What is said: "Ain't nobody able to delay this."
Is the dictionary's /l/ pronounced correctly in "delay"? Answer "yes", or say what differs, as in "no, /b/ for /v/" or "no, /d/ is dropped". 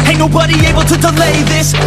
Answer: yes